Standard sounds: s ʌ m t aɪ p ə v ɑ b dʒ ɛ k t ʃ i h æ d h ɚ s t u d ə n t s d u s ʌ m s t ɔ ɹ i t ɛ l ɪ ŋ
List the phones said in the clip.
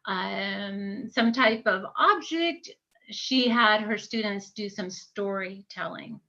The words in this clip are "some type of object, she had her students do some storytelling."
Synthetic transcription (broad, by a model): s ʌ m t aɪ p ə v ɑ b dʒ ɛ k t ʃ i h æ d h ɚ s t u d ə n t s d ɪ s ʌ m s t ɔ ɹ i t ɛ l ɪ ŋ